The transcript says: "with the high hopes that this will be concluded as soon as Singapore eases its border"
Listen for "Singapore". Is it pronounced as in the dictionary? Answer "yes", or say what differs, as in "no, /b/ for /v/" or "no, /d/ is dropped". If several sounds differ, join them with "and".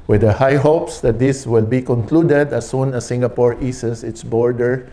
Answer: yes